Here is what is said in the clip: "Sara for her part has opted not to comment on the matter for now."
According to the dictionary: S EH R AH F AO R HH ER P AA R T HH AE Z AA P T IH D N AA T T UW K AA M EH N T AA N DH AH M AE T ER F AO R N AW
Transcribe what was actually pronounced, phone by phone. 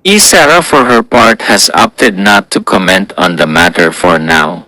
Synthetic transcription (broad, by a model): S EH R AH F AO R HH ER P AA R T HH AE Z AA P T IH D N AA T T UW K AA M EH N T AA N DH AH M AE T ER F AO R N AW